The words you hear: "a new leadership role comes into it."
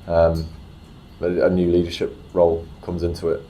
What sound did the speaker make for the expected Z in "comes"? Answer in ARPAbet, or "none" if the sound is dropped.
Z